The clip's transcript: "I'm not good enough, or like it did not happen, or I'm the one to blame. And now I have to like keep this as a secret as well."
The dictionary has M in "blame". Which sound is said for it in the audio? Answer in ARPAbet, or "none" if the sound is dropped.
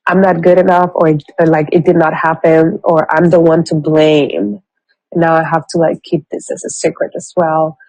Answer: none